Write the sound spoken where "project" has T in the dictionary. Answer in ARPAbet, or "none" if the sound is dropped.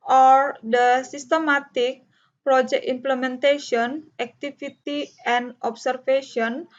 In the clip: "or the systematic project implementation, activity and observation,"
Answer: none